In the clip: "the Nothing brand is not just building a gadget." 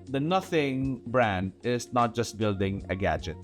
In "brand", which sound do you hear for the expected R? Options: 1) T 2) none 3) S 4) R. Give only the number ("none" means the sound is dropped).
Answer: 4